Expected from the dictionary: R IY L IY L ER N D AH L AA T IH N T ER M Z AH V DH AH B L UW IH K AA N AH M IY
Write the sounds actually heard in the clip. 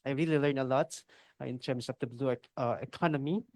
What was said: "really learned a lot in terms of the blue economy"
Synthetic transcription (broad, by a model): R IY L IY L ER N AH L AA T IH N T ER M S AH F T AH B L UW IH K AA N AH M IY